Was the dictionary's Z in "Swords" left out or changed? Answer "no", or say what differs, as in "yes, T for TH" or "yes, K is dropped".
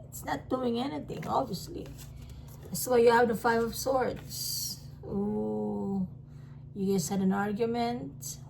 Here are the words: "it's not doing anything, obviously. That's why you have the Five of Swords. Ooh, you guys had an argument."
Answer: yes, S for Z